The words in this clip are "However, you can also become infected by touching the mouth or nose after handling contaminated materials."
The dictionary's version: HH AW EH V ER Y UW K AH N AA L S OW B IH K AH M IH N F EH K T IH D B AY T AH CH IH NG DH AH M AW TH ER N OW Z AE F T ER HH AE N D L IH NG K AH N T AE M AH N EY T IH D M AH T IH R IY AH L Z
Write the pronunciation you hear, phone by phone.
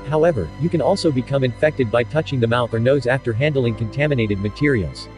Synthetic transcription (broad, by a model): HH AW EH V ER Y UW K AH N AA L S OW B IH K AH M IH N F EH K T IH D B AY T AH CH IH NG DH AH M AW TH ER N OW Z AE F T ER HH AE N D L IH NG K AH N T AE M AH N EY T IH D M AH T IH R IY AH L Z